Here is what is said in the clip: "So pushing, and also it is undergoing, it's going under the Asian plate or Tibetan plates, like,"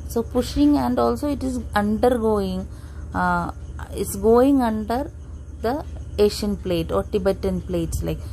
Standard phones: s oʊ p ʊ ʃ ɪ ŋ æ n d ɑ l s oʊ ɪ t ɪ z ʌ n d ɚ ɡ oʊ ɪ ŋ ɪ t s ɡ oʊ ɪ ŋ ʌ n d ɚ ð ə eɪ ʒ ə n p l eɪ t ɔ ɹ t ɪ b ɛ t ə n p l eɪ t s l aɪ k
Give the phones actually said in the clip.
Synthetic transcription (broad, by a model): s oʊ p ʊ ʃ ɪ ŋ æ n d ɑ l s oʊ ɪ t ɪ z ʌ n d ɚ ɡ oʊ ɪ ŋ ɪ t s ɡ oʊ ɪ ŋ ʌ n d ɚ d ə eɪ ʃ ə n p l eɪ t ɔ ɹ t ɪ b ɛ t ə n p l eɪ t s l aɪ k